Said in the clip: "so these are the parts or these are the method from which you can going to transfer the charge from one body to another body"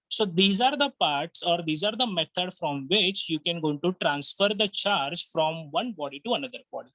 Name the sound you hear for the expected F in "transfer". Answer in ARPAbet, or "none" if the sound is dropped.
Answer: F